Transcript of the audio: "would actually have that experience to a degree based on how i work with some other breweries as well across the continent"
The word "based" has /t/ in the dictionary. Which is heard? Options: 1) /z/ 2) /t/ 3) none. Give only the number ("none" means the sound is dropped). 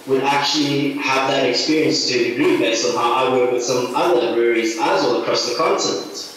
3